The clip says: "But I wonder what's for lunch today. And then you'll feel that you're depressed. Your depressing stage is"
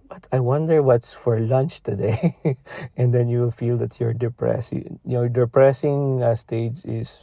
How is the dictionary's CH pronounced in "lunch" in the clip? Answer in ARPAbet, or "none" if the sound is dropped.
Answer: CH